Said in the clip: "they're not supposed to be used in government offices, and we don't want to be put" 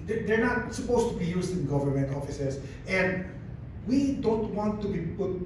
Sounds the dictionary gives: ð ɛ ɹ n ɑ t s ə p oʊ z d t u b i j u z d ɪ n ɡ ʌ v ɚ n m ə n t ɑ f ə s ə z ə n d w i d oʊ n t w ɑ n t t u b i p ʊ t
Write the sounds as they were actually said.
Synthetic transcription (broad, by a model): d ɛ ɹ n ɑ t s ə p oʊ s t u b i j u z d ɪ n ɡ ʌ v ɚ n m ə n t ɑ f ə s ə s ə n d w i d oʊ n t w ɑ n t t u b i p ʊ t